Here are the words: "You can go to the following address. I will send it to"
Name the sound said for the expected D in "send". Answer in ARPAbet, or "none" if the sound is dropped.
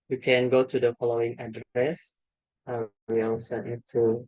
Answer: none